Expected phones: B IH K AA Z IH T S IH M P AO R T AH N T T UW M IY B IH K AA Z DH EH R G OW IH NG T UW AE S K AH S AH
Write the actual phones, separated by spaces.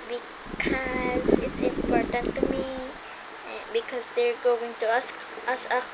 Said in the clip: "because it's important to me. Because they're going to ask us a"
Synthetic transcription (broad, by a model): B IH K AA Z IH T S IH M P AO R T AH N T T UW M IY B IH K AA Z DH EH R G OW IH NG T UW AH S AH S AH